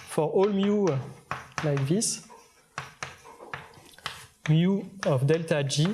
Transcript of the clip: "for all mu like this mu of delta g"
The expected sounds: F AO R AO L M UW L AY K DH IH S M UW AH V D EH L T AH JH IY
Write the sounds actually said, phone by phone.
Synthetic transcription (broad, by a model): F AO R AO L M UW L AY K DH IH S M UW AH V D EH L T AH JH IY